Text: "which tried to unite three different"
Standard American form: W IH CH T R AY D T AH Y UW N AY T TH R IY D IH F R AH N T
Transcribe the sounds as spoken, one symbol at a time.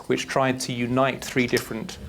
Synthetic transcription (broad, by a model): W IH CH T R AY D T AH Y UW N AY T TH R IY D IH F R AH N T